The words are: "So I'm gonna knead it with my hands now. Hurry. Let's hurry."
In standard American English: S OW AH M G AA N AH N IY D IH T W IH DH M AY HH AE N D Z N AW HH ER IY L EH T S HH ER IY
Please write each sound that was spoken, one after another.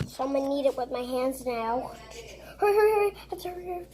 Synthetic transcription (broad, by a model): S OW AH M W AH N IY D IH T W IH DH M AY HH AE N D Z N AW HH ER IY T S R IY